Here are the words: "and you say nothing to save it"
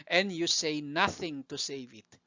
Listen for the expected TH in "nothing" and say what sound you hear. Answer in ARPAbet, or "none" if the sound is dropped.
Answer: TH